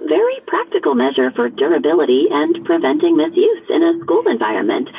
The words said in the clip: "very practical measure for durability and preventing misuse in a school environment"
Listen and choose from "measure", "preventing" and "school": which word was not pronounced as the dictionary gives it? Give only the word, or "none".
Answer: none